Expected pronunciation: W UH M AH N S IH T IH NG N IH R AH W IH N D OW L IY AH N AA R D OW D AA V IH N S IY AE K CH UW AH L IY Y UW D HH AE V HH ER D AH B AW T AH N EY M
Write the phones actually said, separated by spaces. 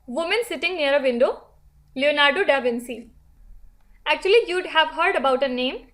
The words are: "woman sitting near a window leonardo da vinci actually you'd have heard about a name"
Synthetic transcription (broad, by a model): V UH M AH N S IH T IH NG N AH R AH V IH N D OW L IY AH N AA R D OW D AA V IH N S IY AE K CH UW AH L IY Y UW D HH AE V HH ER D AH B AW T AH N EY M